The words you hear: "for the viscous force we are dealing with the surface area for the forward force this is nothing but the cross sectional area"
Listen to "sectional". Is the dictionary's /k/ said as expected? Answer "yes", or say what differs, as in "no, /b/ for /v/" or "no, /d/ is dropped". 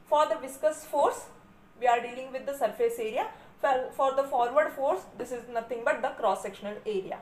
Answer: yes